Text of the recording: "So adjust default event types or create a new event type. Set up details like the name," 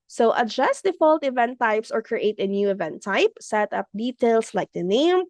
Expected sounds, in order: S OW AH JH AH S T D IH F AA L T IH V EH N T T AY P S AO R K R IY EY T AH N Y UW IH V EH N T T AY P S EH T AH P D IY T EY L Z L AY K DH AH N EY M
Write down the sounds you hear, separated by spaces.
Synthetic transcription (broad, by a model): S OW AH JH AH S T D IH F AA L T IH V EH N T T AY P S AO R K R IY EY T AH N Y UW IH V EH N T T AY P S EH T AH P D IY T EY L S L AY K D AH N EY M